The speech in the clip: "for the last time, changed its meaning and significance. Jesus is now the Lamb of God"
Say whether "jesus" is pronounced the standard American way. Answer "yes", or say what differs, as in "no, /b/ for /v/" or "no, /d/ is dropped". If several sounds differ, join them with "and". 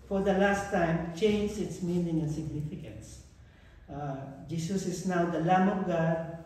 no, /s/ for /z/